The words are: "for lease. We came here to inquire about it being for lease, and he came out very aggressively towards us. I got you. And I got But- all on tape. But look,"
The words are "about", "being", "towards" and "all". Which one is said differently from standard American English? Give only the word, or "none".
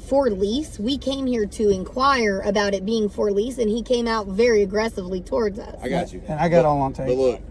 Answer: none